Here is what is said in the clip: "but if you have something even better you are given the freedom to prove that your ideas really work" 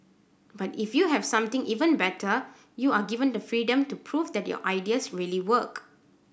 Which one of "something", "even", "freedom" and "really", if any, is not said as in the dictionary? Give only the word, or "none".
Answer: something